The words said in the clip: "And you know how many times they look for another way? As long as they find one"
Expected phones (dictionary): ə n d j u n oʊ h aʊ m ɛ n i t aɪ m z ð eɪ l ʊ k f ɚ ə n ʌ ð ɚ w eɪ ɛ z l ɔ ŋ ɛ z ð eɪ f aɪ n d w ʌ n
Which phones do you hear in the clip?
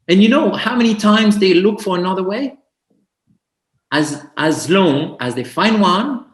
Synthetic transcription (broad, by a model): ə n j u n oʊ h aʊ m ɛ n i t aɪ m z ð eɪ l ʊ k f ɚ ə n ʌ ð ɚ w eɪ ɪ z l ɔ ŋ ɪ z ð eɪ f aɪ n d w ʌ n